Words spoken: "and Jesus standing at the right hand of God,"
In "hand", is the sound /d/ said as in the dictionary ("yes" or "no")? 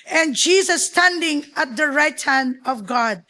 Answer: yes